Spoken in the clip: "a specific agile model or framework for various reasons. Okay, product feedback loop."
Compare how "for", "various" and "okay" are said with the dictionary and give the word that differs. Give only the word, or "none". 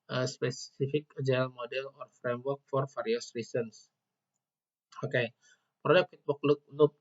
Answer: various